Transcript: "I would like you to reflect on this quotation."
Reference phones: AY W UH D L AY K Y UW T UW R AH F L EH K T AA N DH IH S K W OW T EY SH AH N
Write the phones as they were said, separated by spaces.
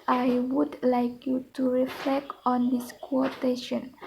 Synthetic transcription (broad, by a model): AY W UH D L AY K Y UW T UW R AH F L EH K T AA N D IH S K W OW T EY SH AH N